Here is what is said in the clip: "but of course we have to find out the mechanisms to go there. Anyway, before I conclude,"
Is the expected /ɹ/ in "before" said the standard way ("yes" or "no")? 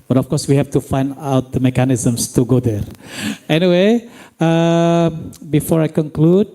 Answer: yes